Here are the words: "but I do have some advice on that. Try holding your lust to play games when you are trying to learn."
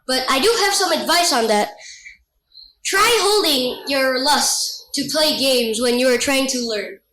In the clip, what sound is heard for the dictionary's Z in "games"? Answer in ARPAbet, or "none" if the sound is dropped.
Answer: Z